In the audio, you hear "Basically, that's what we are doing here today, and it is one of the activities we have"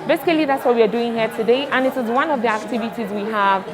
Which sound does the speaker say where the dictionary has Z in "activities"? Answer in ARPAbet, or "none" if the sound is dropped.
Z